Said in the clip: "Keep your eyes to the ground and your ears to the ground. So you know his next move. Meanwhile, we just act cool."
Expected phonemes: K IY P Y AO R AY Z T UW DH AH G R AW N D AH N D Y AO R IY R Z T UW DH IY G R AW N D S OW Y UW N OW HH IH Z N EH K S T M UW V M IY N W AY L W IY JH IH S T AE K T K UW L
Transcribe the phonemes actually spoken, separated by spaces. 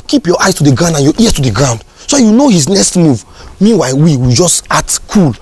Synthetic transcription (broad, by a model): K IY P Y AO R AY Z T UW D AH G R AW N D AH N Y AO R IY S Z T UW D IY G R AW N D S OW Y UW N OW HH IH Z N EH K S T M UW V M IY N W AY W W IY JH IH S T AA T K UW L